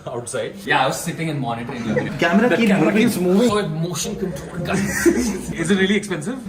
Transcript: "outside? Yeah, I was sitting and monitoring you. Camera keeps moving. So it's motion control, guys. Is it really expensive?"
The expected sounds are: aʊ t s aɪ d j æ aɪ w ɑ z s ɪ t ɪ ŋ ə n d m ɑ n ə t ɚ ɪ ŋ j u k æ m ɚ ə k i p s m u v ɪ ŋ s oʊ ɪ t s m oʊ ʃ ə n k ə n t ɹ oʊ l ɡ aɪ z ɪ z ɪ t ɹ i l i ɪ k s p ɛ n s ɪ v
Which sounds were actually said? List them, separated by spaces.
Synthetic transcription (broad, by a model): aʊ t s aɪ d j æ aɪ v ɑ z s ɪ t ɪ ŋ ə n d m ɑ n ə t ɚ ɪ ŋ k æ m ɚ ə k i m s m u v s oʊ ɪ m oʊ ʃ ə n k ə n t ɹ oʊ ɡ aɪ ɪ z ɪ t ɹ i l i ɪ k s p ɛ n s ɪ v